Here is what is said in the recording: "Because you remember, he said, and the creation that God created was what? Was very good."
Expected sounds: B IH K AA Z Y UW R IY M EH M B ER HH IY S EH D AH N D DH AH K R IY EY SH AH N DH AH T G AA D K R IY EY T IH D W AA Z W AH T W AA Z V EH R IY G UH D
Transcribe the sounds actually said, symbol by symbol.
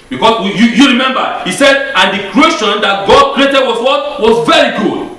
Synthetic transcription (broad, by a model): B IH K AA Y Y UW R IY M EH M B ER HH IY S EH D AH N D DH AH K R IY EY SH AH N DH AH T G AA D K R IY EY T IH D W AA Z W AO T W AA Z V EH R IY G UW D